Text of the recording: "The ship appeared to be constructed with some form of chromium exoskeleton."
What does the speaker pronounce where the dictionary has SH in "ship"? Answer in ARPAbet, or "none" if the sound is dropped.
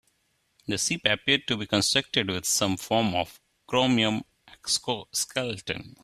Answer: S